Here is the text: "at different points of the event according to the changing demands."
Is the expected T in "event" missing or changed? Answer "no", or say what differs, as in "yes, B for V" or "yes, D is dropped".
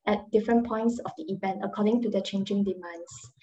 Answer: no